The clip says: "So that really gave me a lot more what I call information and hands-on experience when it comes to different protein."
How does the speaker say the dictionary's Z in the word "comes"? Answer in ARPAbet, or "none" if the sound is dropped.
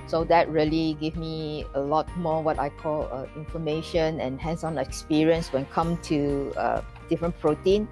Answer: none